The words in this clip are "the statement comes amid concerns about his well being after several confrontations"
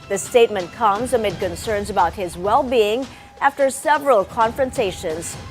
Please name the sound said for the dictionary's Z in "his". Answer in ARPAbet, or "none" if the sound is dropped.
Z